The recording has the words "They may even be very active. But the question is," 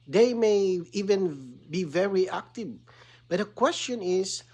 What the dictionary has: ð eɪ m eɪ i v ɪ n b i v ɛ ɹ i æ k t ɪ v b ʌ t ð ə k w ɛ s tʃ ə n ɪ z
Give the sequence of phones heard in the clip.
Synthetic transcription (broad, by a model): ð eɪ m eɪ i v ɪ n b i v ɛ ɹ i æ k t ɪ v b ʌ t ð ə k w ɛ s tʃ ə n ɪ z